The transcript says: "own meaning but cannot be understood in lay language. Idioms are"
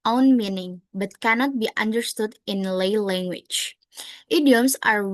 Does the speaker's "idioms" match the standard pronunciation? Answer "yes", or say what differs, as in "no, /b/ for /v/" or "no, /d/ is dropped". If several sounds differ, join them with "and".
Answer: no, /s/ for /z/